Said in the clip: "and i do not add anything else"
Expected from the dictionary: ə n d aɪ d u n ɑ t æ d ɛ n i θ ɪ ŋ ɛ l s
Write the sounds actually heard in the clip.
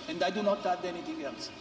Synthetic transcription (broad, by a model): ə n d aɪ d u n ɑ t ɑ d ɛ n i t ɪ ŋ ɛ l s